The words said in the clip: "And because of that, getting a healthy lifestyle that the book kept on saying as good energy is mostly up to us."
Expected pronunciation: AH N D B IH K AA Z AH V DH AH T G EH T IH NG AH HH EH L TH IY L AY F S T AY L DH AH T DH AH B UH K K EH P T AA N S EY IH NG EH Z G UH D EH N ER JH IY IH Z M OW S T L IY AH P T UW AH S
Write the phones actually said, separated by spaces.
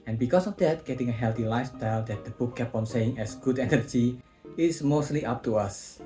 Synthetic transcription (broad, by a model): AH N B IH K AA S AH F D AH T G EH T IH NG AH HH EH L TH IY L AY F S T AY L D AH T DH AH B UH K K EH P AA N S EY IH NG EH S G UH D EH N ER JH IY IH S M OW S T L IY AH P T UW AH S